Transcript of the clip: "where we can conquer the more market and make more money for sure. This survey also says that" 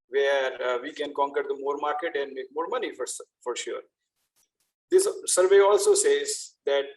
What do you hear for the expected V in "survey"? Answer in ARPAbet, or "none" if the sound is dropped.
V